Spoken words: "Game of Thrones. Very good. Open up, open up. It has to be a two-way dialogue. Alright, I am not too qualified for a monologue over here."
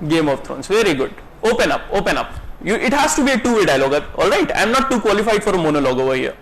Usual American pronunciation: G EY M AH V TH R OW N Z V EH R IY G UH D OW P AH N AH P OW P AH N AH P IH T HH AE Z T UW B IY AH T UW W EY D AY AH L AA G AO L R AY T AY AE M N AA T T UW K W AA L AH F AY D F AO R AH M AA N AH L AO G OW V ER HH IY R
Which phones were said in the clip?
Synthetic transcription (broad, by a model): G EY M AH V T R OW N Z V EH R IY G UH D OW P AH N AH P OW P AH N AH P IH T HH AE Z T UW B IY AH T UW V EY D AY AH L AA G AO L R AY T AY M N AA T T UW K W AA L AH F AY D F AO R AH M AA N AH L AO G OW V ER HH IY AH